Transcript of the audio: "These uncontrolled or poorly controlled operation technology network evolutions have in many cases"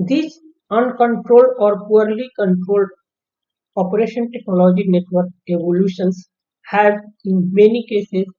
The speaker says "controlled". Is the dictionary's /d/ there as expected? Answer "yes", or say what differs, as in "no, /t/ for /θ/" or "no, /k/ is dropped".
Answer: yes